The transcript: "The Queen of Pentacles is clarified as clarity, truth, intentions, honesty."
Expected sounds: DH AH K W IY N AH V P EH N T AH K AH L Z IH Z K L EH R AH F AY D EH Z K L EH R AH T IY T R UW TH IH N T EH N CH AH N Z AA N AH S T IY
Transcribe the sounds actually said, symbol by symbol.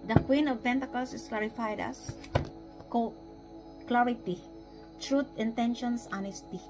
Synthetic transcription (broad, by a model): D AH K W IY N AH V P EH N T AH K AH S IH S K L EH R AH F AY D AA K K L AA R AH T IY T R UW T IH N T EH N SH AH N S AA N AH S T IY